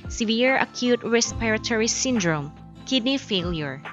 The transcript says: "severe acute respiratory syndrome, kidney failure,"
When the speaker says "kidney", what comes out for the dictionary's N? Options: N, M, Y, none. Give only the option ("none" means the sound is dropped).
N